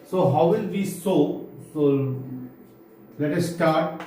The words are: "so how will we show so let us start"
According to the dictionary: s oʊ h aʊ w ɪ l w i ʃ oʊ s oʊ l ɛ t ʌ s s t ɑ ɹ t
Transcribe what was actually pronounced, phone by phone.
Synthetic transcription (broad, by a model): s oʊ h aʊ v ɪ l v i s oʊ s oʊ l ɛ t ʌ s s t ɑ ɹ t